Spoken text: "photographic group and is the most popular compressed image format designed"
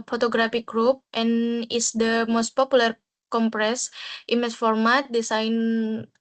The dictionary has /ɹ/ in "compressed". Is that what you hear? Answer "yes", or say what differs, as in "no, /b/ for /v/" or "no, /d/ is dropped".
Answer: yes